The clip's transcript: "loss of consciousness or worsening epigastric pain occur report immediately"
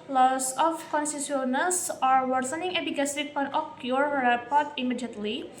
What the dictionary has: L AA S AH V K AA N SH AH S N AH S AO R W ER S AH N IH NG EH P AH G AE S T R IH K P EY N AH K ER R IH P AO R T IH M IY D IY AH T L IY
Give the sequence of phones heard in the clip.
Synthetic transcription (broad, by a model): L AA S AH F K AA N S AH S N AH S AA R W ER S AH N IH NG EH B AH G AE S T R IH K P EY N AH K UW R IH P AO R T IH M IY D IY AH T L IY